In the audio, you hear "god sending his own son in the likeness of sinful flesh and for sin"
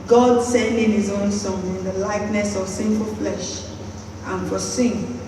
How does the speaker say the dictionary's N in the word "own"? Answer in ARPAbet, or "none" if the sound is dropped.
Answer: N